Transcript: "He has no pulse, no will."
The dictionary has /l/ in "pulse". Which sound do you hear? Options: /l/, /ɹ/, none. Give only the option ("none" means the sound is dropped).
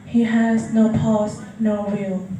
none